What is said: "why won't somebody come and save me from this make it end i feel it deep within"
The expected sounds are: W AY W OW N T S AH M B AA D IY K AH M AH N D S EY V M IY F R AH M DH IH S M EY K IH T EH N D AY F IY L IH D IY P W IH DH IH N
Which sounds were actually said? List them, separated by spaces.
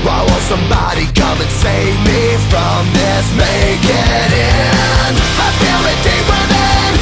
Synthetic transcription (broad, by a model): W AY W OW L S AH M B AA D IY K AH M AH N S EY V M IY F R AH M DH IH S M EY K IH T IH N AY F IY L IH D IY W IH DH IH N